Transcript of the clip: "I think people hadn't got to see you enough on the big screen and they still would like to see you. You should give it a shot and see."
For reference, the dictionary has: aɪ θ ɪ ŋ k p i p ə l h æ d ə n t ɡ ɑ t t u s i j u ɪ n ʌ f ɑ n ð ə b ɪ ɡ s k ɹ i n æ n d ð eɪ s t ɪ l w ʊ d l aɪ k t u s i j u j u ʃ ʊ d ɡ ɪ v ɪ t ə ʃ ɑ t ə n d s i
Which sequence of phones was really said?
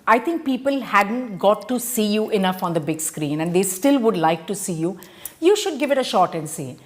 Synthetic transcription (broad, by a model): aɪ t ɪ ŋ k p i p ə l h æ d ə n t ɡ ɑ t t u s i j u ɪ n ʌ f ɑ n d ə b ɪ ɡ s k ɹ i n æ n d eɪ s t ɪ l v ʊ d l aɪ k t u s i j u j u ʃ ʊ d ɡ ɪ v ɪ t ə ʃ ɑ t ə n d s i